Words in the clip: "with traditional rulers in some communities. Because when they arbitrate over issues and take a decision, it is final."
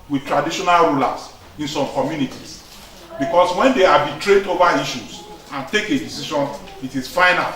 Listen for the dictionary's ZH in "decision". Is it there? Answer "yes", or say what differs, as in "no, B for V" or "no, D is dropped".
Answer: no, SH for ZH